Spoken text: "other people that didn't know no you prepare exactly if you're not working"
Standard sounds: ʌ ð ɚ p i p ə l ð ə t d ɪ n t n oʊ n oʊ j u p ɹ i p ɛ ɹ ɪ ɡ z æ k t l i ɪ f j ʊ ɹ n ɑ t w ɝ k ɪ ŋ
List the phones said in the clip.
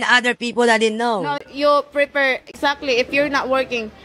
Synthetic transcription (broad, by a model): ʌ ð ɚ p i p ə l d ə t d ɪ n n oʊ n oʊ j u p ɹ i p ɛ ɹ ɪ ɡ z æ k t l i ɪ f j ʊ ɹ n ɑ t w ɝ k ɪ ŋ